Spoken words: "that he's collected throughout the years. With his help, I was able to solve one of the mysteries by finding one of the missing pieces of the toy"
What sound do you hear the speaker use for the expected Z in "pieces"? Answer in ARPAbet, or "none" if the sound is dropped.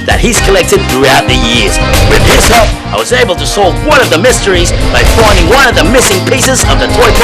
Z